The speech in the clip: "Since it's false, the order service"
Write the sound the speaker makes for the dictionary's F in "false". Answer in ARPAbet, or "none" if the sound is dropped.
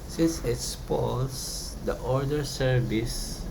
P